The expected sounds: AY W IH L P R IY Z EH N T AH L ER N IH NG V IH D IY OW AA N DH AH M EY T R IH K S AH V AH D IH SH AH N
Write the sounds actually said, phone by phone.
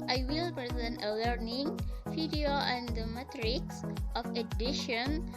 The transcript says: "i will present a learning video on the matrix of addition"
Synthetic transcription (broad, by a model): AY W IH L P R IY Z EH N T AH L ER N IH NG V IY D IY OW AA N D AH M EY T R IH K S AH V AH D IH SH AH N